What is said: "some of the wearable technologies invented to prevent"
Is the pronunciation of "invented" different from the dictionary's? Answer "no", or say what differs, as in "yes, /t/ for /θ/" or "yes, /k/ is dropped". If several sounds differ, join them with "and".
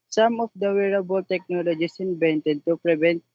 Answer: yes, /b/ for /v/